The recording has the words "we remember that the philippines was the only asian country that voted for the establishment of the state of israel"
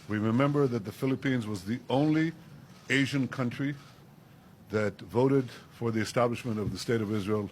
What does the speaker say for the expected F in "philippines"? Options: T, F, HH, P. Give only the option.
F